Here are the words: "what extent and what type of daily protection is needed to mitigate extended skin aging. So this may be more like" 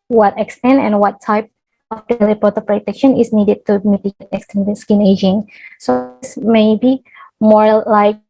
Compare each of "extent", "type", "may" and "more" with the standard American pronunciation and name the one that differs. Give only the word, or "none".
none